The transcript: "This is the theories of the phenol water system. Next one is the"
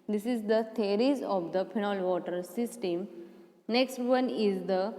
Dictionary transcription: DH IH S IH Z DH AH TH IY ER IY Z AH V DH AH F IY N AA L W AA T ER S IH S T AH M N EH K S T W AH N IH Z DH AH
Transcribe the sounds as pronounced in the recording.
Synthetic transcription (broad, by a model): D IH S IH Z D AH T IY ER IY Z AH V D AH P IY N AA L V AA T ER S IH S T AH M N EH K S T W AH N IH Z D AH